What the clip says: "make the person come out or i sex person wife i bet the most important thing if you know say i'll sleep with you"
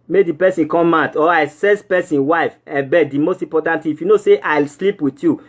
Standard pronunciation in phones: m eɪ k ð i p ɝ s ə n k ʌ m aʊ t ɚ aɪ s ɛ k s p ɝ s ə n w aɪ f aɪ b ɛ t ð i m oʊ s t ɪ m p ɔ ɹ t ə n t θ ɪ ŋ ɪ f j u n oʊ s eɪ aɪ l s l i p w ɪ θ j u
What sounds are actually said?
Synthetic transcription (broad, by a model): m eɪ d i p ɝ s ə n k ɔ m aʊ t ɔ aɪ s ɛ s p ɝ s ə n w aɪ f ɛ b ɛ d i m oʊ s t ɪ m p ɔ t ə n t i ɪ f j u n oʊ s eɪ aɪ l s l i p w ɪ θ j u